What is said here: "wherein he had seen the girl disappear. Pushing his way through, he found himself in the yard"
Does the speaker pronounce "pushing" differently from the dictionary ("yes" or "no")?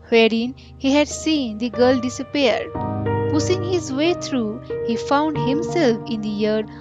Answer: yes